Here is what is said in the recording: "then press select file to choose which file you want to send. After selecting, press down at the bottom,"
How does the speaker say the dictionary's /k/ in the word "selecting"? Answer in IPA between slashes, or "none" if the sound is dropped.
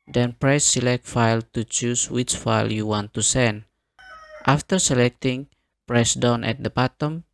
/k/